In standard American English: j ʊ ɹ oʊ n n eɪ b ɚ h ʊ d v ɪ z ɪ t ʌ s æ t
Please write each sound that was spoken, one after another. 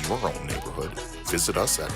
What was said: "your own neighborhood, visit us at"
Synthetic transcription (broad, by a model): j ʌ ɹ oʊ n n eɪ b ɚ h ʊ d v ɪ z ɪ t ʌ s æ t